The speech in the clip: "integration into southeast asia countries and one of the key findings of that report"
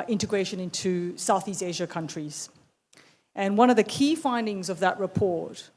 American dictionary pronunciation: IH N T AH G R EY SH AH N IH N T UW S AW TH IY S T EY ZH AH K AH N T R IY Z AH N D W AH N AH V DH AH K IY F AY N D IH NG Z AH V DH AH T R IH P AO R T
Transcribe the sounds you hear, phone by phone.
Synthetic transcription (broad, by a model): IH N T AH G R EY SH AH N IH N T UW S AW TH IY S T EY ZH AH K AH N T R IY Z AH N W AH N AH V DH AH K IY F AY N D IH NG Z AH V DH AH T R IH P AO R T